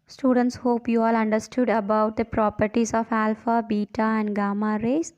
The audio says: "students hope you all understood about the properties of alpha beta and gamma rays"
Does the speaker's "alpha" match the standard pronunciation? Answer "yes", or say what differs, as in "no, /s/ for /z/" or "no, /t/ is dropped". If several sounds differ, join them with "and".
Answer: yes